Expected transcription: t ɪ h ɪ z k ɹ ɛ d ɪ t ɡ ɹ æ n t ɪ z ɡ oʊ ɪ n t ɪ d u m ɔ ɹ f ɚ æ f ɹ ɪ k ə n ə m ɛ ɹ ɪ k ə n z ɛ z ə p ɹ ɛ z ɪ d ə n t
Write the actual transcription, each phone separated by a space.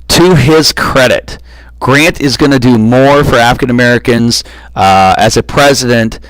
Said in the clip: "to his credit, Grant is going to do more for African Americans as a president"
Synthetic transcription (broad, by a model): t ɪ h ɪ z k ɹ ɛ d ɪ t ɡ ɹ æ n t ɪ z ɡ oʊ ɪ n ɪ d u m ɔ ɹ f ɚ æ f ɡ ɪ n ə m ɛ ɹ ɪ k ə n z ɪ z ə p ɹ ɛ z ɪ d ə n t